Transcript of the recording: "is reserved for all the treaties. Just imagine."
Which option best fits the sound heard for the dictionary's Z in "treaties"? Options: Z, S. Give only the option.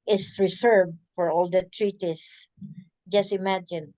S